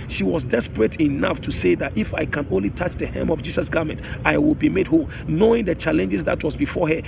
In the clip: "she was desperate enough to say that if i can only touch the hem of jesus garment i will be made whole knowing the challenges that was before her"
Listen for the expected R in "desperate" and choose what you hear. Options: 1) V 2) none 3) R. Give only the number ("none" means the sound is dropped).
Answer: 3